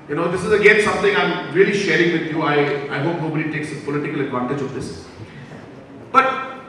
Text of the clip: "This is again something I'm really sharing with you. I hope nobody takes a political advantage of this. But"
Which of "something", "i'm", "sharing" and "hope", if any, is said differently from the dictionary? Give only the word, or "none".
something